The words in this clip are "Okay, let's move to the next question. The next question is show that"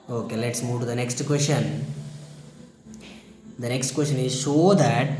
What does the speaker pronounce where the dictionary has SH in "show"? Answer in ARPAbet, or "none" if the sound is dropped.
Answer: S